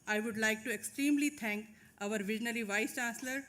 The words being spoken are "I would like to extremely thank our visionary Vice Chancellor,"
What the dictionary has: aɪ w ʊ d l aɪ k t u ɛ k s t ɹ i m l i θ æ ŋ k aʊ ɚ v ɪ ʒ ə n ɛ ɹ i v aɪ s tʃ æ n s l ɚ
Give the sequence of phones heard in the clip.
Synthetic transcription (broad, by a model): aɪ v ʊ d l aɪ k t u ɛ k s t ɹ i m l i t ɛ ŋ k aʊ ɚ v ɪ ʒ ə n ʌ l i v aɪ s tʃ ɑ n s l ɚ